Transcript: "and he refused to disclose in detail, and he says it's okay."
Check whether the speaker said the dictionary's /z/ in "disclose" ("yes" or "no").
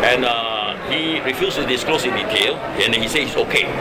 no